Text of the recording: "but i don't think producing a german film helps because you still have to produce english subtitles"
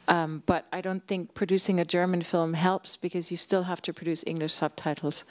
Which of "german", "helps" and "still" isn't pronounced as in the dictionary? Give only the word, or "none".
none